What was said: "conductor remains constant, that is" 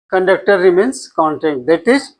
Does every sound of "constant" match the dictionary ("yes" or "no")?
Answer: no